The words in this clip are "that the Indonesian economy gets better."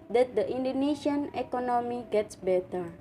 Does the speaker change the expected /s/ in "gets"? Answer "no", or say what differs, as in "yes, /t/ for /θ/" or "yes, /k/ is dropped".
no